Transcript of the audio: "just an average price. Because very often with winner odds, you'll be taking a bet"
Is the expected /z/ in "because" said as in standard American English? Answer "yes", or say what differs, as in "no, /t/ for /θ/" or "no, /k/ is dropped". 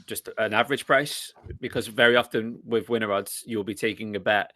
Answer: yes